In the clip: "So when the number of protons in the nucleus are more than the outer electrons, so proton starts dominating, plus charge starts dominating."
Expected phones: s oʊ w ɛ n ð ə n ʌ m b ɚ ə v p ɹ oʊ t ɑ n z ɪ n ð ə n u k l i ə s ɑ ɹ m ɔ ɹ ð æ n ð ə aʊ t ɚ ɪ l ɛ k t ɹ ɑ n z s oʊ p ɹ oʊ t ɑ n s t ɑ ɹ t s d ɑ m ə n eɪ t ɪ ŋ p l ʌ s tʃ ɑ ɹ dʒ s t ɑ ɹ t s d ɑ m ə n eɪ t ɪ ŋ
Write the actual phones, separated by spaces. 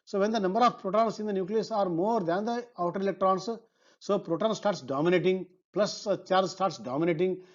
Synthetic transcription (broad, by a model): s oʊ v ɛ n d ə n ʌ m b ɚ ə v p ɹ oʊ t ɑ n s ɪ n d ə n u k l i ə s ɑ ɹ m ɔ ɹ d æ n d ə aʊ t ɚ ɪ l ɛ k t ɹ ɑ n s s oʊ p ɹ oʊ t ɑ n s t ɑ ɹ t s d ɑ m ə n eɪ t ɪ ŋ p l ʌ s tʃ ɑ ɹ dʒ s t ɑ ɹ t s d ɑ m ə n eɪ t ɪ ŋ